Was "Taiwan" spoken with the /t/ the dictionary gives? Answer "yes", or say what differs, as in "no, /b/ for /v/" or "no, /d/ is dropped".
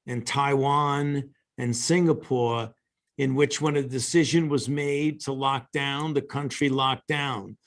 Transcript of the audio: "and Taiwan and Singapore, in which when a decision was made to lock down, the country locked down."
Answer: yes